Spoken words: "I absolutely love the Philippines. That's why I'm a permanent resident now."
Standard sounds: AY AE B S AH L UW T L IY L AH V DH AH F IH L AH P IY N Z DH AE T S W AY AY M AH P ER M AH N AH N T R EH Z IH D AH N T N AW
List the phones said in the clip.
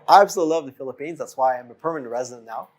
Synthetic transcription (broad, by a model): AY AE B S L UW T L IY L AH V DH AH F IH L AH P IY N Z DH AE T S W AY AY M AH P ER M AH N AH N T R EH Z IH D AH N N AW